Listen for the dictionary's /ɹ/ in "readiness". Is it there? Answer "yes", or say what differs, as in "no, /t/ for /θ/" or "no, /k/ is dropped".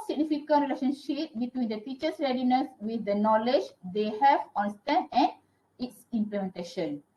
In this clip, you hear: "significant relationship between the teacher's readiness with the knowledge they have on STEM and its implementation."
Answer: yes